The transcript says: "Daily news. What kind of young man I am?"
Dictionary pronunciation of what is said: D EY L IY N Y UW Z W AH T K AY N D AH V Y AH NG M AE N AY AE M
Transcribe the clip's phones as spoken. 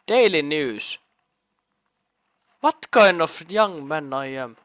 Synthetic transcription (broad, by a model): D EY L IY N Y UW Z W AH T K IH N AH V Y AH NG M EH N AY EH M